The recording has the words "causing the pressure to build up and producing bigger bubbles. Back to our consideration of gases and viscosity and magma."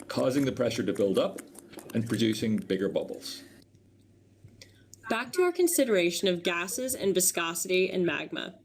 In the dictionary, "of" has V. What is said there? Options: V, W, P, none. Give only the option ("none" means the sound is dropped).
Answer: V